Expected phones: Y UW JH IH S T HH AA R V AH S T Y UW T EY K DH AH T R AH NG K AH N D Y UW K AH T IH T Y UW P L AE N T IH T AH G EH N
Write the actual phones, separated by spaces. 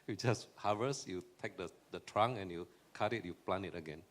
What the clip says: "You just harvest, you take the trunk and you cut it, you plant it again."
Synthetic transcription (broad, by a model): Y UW JH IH S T HH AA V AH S Y UW T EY K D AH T R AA NG AH N Y UW K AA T IH T Y UW P L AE N IH T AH G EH N